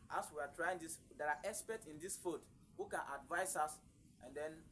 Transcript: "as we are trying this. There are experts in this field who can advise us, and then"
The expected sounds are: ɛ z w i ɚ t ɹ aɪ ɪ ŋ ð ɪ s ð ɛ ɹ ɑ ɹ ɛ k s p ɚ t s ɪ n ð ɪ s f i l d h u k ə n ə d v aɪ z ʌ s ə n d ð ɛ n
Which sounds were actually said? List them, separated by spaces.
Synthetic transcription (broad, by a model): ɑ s w i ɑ t ɹ aɪ ɪ ŋ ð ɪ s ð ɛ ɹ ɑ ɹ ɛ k s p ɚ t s ɪ n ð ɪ s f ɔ d h u k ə n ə d v aɪ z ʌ s ə n d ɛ n